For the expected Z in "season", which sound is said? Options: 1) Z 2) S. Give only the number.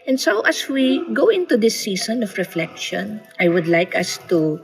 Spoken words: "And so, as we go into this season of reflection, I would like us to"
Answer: 2